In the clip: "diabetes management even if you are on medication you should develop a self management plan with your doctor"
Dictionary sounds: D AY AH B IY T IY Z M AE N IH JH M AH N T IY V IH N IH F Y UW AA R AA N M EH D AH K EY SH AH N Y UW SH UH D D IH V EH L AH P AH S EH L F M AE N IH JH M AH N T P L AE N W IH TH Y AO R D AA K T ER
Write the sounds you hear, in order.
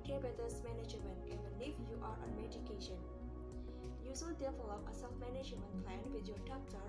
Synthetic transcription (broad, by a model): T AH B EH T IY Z M AE N IH JH M AH N T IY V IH N IH F Y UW AA R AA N M EH D AH K EY SH AH N Y UW S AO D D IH F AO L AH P AH S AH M M AE N IH JH M AH N T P L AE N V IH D Y AO R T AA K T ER